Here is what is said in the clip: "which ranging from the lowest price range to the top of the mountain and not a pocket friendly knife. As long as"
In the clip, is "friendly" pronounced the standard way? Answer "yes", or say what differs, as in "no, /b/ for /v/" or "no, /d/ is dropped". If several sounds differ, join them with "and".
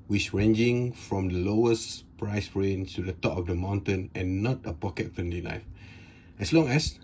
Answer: no, /ɹ/ is dropped